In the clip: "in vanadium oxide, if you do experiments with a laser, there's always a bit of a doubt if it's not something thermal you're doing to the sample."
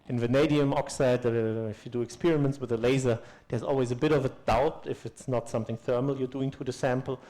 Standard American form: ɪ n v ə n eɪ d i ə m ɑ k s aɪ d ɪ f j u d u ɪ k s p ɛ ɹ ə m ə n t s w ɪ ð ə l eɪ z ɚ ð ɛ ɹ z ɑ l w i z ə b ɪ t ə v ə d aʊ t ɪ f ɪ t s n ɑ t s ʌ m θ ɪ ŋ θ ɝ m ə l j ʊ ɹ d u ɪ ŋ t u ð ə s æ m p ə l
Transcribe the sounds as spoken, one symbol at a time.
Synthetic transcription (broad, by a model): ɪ n v ə n eɪ d i ə m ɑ k s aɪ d ɪ f j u d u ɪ k s p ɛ ɹ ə m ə n t s w ɪ ð ə l eɪ z ɚ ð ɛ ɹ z ɑ l w i z ə b ɪ t ə v ə d aʊ t ɪ f ɪ t s n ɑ t s ʌ m θ ɪ ŋ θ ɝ m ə l j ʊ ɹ d u ɪ ŋ t u ð ə s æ m p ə l